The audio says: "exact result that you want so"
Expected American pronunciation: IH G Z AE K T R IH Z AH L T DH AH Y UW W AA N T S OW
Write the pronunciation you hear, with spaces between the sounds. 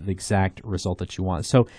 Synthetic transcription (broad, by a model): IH G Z AE K T R IH Z AH L T DH AH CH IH W AA N T S OW